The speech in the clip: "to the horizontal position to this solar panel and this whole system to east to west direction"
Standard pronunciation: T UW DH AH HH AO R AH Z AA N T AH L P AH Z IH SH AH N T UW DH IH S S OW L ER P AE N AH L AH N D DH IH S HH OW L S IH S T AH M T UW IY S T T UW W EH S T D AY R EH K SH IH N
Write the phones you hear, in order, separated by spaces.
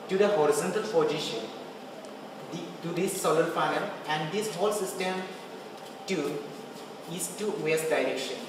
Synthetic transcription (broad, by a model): T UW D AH HH AO R AH Z AA N T AH L F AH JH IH SH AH N T UW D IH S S OW L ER F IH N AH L AH N D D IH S HH OW L S IH S T AH M T UW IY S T T UW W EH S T D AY R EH K SH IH N